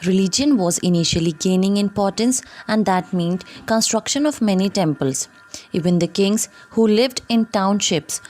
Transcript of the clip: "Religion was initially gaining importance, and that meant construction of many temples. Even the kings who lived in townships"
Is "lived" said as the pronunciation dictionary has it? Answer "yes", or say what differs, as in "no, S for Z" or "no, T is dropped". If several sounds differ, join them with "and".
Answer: yes